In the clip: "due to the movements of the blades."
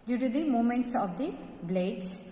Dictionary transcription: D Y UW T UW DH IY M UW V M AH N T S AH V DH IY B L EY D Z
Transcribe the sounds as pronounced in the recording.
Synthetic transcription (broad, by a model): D Y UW T UW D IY M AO M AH N T S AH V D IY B L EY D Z